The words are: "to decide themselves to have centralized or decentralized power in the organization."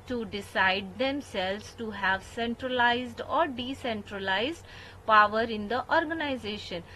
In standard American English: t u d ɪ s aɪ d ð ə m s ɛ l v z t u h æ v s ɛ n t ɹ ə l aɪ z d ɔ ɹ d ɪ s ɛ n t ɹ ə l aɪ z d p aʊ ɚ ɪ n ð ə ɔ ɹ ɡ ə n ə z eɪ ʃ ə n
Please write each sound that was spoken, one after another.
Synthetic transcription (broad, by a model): t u d ɪ s aɪ d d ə m s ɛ l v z t u h æ v s ɛ n t ɹ ə l aɪ z d ɔ ɹ d ɪ s ɛ n t ɹ ə l aɪ z d p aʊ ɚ ɪ n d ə ɔ ɹ ɡ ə n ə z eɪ ʃ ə n